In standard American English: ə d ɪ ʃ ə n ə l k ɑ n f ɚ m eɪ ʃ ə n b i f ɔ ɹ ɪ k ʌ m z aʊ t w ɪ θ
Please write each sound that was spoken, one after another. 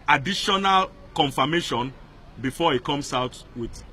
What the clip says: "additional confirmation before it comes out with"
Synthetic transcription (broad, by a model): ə d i ʃ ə n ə l k ɑ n f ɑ m eɪ ʃ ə n b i f ɔ ɪ k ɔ m s aʊ t w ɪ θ